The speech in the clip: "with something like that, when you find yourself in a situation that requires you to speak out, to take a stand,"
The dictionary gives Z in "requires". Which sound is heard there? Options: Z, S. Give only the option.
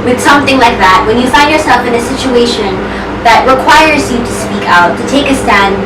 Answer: Z